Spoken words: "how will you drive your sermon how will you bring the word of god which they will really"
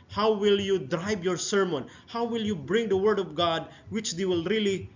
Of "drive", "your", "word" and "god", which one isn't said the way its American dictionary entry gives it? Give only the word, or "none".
drive